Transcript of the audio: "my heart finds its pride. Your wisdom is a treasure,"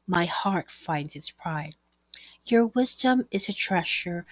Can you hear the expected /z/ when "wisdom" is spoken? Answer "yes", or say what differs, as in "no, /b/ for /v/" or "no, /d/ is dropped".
yes